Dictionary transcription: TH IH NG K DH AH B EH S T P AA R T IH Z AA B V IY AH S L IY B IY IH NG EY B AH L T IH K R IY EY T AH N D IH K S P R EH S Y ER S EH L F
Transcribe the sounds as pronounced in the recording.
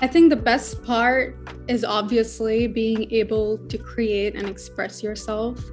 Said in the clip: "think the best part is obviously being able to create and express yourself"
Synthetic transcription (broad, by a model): TH IH NG K DH AH B EH S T P AA R T IH Z AA B V IY AH S L IY B IY IH NG EY B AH L T IH K R IY EY T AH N IH K S P R EH S Y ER S EH L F